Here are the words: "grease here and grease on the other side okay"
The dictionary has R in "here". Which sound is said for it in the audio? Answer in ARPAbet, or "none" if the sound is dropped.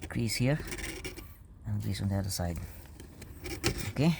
R